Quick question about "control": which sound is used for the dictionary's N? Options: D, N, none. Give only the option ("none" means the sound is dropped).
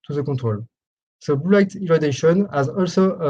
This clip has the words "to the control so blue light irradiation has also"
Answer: none